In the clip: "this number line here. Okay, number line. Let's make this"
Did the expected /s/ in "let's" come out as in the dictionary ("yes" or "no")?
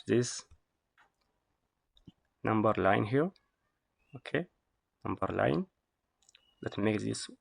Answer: no